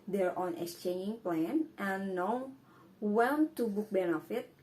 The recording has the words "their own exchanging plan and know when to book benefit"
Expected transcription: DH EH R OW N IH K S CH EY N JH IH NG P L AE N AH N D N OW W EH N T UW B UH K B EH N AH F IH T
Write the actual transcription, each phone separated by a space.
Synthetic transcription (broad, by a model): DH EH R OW N IH K S CH EY N JH IH NG P L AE N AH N N OW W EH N T UW B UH K B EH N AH F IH T